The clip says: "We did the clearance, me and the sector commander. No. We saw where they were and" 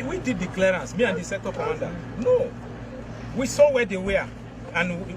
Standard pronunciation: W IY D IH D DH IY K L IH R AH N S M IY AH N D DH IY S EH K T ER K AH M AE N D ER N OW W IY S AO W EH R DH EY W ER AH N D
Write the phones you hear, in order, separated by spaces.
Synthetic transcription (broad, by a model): W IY D IH D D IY K L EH R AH N S M IY AH N D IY S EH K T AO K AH AA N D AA N OW W IY S AO W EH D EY W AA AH N